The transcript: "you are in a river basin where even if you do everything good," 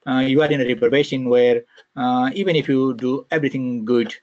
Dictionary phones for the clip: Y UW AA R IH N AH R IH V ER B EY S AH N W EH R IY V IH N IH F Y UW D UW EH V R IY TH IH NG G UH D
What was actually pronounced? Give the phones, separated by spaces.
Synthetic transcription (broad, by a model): Y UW AA R IH N AH R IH P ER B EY SH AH N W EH R IY V IH N IH F Y UW D UW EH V R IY T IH NG G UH D